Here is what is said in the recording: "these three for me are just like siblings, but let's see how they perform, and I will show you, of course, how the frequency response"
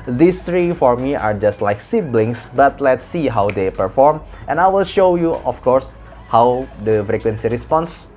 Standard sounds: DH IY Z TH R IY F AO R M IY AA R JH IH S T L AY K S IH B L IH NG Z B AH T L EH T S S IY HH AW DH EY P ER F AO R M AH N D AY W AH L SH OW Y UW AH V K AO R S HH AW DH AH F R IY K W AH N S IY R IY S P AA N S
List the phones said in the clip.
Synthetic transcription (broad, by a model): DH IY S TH R IY F AO R M IY AA R JH IH S T L AY K S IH B L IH NG S B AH T L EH T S S IY HH AW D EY P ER F AO R M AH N AY W AH L SH OW Y UW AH F K AO R S HH AW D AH F R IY K W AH N S IY R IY S P AA N S